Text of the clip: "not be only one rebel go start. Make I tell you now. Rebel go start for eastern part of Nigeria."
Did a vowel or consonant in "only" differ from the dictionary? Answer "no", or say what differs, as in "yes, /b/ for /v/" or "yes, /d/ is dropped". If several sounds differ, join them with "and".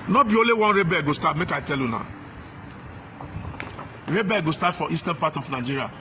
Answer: yes, /n/ is dropped